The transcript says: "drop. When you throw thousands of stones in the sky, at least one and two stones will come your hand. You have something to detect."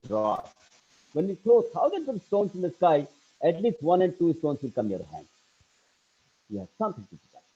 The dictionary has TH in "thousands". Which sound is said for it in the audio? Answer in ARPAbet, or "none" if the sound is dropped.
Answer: T